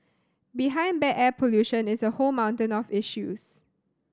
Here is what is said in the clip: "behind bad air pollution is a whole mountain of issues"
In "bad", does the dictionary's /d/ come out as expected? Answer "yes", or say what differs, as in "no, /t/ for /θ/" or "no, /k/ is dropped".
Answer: no, /d/ is dropped